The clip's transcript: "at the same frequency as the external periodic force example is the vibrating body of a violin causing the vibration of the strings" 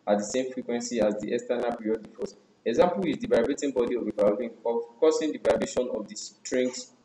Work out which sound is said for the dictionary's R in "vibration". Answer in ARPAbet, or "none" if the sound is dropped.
none